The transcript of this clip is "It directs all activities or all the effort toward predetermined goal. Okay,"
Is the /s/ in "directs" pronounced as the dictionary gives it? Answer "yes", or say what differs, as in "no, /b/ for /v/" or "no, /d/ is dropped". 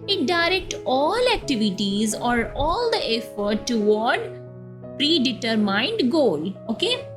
no, /s/ is dropped